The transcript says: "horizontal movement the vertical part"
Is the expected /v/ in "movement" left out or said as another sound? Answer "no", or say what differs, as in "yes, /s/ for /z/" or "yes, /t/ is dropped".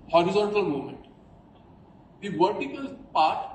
yes, /v/ is dropped